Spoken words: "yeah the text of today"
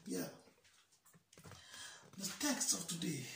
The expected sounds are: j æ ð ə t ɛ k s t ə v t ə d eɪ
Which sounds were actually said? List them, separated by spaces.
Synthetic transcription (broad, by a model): j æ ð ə t ɛ k s t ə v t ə d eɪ